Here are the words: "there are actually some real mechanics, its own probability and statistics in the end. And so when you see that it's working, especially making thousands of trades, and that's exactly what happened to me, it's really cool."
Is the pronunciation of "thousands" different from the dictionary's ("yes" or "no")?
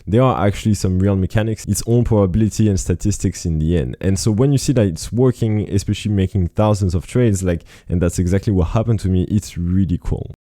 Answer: no